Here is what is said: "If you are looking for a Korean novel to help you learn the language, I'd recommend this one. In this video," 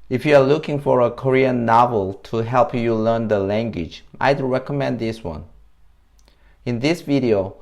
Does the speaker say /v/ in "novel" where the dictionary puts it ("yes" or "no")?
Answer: yes